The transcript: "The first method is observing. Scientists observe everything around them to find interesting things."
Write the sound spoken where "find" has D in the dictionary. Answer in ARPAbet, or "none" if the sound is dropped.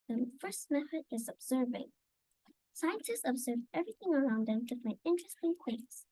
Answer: none